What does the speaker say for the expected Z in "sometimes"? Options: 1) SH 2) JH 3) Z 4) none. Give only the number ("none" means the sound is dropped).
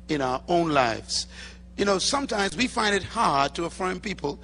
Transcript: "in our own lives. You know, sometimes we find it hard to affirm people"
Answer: 3